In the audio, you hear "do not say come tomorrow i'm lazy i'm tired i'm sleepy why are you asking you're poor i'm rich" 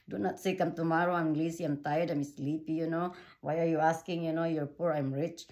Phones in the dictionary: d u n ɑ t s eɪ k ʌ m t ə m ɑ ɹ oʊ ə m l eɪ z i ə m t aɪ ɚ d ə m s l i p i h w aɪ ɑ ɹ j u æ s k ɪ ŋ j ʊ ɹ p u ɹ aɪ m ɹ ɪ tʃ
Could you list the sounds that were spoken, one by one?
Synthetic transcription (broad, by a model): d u n ɑ t s eɪ k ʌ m t ə m ɑ ɹ oʊ ə m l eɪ s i ə m t aɪ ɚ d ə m s l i p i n w aɪ ɑ ɹ j u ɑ s k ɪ ŋ j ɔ ɹ p u ɹ aɪ m ɹ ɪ tʃ